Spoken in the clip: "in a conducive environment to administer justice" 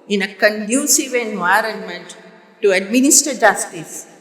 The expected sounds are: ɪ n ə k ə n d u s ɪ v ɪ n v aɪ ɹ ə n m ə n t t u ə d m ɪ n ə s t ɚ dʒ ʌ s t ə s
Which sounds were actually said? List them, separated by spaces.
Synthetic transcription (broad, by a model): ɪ n ə k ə n d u s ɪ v ɪ n v aɪ ɹ ə n m ə n t t u ə d m ɪ n ə s t ɚ dʒ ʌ s t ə s